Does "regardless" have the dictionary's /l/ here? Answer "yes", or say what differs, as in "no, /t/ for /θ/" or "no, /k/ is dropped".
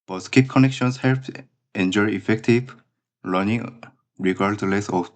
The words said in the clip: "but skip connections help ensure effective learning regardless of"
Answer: yes